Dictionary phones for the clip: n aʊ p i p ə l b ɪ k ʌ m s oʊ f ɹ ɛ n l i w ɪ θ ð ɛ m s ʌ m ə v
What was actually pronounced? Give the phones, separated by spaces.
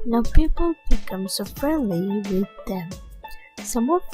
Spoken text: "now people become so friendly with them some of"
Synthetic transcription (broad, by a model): n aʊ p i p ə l b ɪ k ʌ m s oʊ f ɹ ɛ n l i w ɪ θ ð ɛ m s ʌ m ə